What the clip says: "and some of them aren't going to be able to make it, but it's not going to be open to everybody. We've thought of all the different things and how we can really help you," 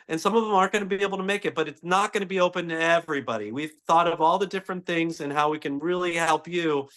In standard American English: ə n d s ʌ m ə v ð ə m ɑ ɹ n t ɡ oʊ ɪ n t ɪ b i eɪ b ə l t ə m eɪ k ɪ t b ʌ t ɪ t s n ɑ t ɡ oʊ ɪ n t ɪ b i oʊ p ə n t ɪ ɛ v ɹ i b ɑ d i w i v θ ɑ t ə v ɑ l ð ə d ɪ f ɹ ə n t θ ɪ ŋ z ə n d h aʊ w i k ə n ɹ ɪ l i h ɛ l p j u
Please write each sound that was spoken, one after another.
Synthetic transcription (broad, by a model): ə n s ʌ m ə v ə m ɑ ɹ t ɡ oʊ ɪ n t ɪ b i eɪ b l t ə m eɪ k ɪ t b ʌ t ɪ t s n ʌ t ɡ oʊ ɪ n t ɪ b i oʊ p ə n t ɪ ɛ v ɹ i b ɑ d i w i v θ ɑ t ə v ɑ l ð ə d ɪ f ɹ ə n θ ɪ ŋ z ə n h aʊ w i k ə n ɹ ɪ l i h ɛ l p j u